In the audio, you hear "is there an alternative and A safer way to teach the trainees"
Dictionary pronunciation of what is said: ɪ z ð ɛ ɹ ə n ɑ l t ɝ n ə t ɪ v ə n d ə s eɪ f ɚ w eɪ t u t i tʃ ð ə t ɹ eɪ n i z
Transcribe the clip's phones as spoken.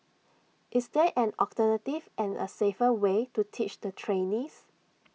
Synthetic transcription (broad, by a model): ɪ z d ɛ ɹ ə n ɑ t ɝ n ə t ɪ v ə n ə s eɪ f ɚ w eɪ t u t i tʃ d ə t ɹ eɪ n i s